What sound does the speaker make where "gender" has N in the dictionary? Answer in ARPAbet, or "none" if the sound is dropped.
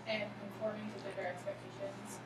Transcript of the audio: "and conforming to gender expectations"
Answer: none